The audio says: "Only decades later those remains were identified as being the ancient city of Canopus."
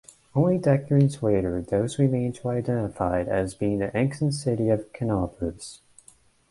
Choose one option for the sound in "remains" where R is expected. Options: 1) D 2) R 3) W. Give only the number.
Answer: 3